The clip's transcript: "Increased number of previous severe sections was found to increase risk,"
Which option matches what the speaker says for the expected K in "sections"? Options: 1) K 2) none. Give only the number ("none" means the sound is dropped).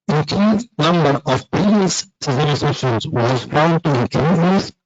2